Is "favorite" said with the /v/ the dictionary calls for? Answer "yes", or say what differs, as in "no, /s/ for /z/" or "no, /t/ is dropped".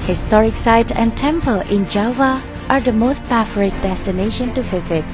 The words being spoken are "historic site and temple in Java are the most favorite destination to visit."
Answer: no, /f/ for /v/